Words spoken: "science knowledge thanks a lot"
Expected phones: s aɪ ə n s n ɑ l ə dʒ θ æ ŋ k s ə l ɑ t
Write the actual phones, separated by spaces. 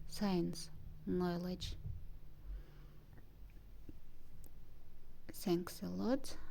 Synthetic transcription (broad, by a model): s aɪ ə n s n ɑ l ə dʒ s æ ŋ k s ə l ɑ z